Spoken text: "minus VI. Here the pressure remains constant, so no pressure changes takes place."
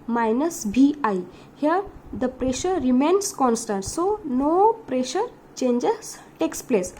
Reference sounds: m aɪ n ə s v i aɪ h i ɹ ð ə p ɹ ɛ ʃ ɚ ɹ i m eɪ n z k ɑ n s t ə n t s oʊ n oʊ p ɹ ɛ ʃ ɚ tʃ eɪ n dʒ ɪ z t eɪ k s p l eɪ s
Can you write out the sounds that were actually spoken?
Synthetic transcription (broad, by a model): m aɪ n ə s b i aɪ h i ɹ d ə p ɹ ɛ ʃ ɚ ɹ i m eɪ n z k ɑ n s t ə n t s oʊ n oʊ p ɹ ɛ ʃ ɚ tʃ eɪ n dʒ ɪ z t eɪ k s p l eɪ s